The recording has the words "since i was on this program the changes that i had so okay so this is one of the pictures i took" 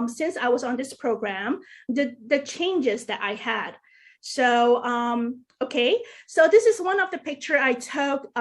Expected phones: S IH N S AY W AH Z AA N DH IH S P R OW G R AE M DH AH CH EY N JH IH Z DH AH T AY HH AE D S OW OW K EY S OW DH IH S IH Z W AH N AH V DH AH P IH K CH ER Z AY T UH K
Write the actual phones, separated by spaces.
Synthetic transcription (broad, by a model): S IH N S AY W AH Z N DH IH S P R OW G R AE M DH AH CH EY N JH IH Z DH AH T AY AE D S OW OW K EY S OW DH IH S IH Z W AH N AH V DH AH P IH K CH ER AY T UH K